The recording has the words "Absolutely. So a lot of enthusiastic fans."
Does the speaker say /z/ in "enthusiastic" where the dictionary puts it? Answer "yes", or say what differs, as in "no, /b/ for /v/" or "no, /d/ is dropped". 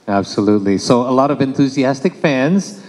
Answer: yes